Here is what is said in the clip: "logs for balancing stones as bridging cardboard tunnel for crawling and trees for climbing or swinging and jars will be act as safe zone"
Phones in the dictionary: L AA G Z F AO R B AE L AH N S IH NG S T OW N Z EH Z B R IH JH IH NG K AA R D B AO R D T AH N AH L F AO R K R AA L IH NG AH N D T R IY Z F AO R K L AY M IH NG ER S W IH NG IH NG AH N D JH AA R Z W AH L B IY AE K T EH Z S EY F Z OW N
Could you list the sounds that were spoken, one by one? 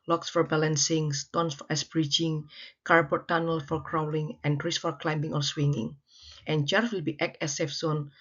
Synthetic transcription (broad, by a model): L AA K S F AO R B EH L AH N S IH NG S T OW N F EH S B R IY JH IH NG K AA R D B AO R T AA N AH L F AO R K R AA L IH NG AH N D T R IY S F AO R K L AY M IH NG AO S W IH NG IH NG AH N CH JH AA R W AH L B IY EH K EH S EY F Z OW N